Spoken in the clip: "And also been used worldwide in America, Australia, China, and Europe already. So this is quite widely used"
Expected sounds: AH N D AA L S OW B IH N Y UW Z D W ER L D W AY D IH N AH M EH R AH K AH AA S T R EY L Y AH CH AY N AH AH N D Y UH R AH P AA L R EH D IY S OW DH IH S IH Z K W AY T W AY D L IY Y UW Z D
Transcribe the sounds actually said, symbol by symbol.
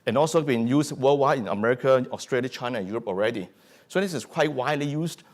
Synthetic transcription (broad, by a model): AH N AA L S OW B IH N Y UW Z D W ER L W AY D IH N AH M EH R AH K AH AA S T R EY L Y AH CH AY N AH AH N Y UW R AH P AA L R EH D IY S OW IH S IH S K W AY T W AY D L IY Y UW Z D